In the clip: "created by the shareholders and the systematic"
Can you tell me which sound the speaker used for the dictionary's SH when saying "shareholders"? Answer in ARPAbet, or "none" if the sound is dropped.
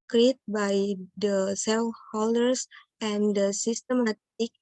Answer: S